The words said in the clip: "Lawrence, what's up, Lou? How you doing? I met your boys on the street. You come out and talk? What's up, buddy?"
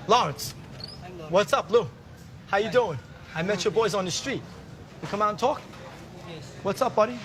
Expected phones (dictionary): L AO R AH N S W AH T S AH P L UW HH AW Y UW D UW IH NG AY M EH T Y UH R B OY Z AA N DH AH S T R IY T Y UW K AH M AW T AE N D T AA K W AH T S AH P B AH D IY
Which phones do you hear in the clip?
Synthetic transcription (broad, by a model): L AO R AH N S W AH T S AH P L UW HH AW Y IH D UW IH NG AY M EH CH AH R B OY Z N DH AH S T R IY T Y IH K AH M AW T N T AA K W AH T S AH P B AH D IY